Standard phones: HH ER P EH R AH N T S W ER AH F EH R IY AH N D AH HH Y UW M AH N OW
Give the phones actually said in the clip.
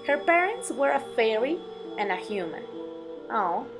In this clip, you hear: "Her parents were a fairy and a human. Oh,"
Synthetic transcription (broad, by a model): HH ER P EH R AH N T S W ER AH F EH L IY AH N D AH HH Y UW M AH N OW